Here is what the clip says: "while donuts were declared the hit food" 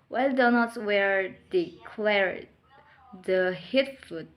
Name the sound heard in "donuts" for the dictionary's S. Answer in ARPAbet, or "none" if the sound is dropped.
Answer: none